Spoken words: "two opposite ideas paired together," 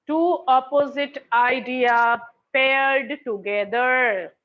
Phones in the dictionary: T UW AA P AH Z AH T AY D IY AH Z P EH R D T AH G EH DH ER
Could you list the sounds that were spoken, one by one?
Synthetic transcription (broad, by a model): T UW AA P AH Z AH T AY D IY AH P EH R D T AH G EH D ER